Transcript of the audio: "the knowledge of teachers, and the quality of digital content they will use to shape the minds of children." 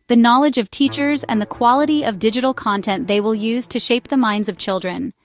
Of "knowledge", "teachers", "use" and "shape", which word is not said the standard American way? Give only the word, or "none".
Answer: none